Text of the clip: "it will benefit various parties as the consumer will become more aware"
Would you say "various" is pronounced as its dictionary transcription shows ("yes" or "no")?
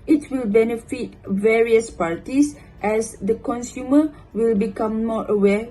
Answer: yes